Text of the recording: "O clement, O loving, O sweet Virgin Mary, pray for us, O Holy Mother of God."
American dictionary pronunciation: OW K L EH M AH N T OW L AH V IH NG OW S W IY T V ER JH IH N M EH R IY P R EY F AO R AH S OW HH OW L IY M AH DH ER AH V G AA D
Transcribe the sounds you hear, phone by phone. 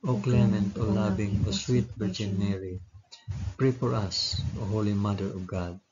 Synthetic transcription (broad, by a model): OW K L EH M AH N T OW L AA B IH NG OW S W IY T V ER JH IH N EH R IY P R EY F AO R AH S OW HH OW L IY M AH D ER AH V G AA D